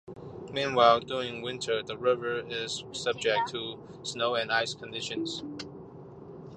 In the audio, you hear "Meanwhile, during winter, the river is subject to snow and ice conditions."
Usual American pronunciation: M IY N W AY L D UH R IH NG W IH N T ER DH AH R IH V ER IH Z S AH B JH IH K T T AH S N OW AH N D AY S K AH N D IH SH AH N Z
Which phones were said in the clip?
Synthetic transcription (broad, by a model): M IY N W AY L D UH R IH NG W IH N T ER DH AH R IH V ER IH Z S AH B JH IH K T T AH S N OW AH N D AY S K AH N D IH SH AH N Z